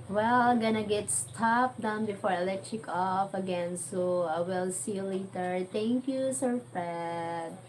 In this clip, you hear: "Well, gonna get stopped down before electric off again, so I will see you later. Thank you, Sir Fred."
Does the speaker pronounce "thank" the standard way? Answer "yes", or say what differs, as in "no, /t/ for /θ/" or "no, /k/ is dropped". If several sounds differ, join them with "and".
no, /t/ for /θ/